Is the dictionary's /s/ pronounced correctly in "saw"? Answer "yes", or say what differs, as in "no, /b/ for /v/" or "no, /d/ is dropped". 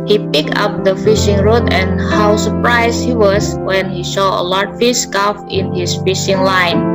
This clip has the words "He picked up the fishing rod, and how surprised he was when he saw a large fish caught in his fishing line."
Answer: no, /ʃ/ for /s/